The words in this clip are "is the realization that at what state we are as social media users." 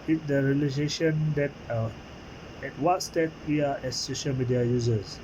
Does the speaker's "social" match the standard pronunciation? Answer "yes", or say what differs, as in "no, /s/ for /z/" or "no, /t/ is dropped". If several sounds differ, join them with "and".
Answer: yes